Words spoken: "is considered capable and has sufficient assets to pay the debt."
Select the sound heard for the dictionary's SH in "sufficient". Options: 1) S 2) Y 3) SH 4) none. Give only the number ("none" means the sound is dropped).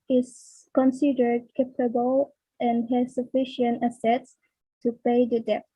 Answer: 3